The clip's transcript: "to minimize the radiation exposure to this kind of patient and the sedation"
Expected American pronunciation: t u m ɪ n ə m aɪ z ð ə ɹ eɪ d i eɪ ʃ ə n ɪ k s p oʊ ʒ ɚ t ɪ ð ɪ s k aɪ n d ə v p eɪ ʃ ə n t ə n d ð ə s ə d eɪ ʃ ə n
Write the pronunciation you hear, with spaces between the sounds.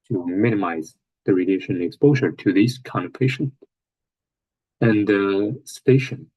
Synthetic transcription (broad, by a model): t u m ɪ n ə m aɪ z ð ə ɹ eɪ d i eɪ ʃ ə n ɪ k s p oʊ ʒ ɚ t ɪ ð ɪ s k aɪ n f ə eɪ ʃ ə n ə n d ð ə s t eɪ ʃ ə n